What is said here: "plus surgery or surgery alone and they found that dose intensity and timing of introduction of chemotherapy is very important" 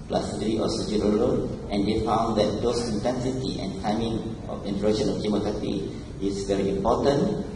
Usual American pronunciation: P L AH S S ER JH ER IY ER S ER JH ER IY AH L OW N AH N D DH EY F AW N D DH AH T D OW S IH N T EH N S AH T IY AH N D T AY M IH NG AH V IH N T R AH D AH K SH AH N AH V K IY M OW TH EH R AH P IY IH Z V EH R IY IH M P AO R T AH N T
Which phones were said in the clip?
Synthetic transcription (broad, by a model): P L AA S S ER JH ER IY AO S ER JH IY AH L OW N AH N D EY F AW N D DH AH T D OW S IH N T EH N S AH T IY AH N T AY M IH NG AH F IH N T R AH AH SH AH N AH F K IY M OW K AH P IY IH S V EH R IY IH M P AO T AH N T